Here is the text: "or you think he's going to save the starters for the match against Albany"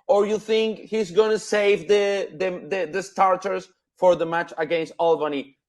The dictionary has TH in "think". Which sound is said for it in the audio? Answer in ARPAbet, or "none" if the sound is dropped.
TH